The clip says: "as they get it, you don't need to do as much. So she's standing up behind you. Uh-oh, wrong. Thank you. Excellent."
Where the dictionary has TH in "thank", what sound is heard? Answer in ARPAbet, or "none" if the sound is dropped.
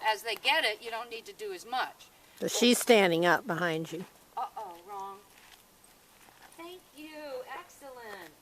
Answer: TH